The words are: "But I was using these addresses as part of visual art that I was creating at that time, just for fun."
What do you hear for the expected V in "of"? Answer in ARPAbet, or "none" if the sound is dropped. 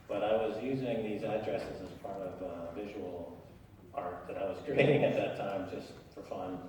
V